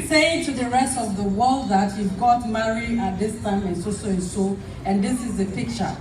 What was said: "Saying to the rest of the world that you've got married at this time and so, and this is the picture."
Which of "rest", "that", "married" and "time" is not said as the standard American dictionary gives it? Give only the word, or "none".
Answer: married